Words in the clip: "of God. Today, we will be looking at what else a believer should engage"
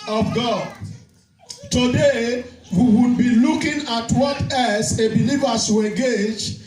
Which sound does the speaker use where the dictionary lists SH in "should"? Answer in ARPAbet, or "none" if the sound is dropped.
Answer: S